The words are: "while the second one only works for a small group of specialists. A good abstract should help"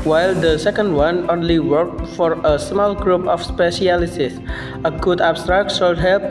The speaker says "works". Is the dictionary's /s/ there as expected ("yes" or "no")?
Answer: no